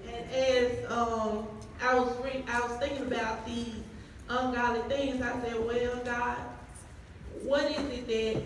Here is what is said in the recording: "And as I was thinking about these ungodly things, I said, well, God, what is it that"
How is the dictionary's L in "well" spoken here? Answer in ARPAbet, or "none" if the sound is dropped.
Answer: N